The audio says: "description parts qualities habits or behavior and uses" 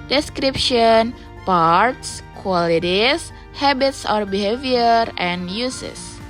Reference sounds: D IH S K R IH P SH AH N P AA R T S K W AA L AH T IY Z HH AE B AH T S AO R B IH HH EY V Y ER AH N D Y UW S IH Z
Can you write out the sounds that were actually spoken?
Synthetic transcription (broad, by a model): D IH S K R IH P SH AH N P AA R T S K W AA L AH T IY S HH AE B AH T S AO R B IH HH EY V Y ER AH N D Y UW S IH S